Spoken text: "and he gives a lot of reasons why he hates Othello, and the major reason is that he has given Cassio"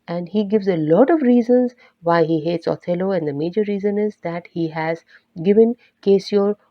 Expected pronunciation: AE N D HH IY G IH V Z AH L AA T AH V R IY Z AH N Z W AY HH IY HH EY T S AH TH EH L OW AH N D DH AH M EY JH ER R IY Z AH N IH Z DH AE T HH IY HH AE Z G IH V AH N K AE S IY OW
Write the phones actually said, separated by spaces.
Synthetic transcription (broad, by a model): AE N D HH IY G IH V Z AH L AA T AH V R IY Z AH N Z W AY HH IY HH EY T S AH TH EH L OW AH N D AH M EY JH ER R IY Z AH N IH Z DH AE T HH IY HH AE Z G IH V AH N K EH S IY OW